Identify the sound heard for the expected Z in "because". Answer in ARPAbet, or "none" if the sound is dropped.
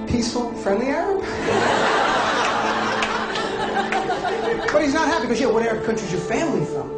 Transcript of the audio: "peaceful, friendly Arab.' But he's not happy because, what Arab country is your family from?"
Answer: none